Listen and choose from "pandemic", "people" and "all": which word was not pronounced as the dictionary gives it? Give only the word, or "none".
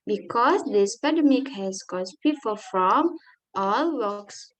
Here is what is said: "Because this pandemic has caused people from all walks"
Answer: pandemic